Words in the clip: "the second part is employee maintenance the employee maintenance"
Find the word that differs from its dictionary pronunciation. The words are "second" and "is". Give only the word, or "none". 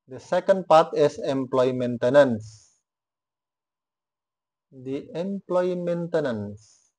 is